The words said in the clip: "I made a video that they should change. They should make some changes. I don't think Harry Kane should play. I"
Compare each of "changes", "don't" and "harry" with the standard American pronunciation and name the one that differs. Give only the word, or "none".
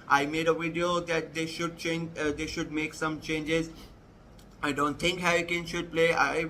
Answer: harry